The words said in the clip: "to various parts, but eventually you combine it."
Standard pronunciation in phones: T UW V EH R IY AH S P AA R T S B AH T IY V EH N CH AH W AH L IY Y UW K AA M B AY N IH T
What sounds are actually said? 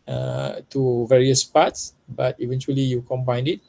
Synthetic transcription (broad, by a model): T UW V EH R IY AH S P AA T S B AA T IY V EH N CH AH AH L IY Y UW K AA M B AY N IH T